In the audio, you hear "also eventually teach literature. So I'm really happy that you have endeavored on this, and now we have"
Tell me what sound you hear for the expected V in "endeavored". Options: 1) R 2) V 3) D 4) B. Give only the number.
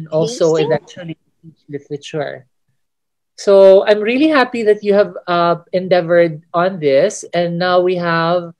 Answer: 2